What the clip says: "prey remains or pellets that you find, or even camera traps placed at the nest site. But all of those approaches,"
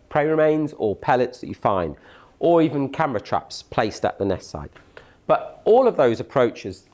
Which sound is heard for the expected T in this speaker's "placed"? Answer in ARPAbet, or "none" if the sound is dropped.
T